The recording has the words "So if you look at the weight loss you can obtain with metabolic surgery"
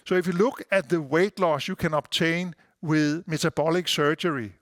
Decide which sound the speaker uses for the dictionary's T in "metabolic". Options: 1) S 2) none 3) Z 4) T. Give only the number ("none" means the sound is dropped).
1